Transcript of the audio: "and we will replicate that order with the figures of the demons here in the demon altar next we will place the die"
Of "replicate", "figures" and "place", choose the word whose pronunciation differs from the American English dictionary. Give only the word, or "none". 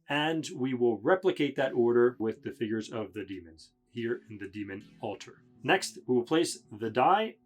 none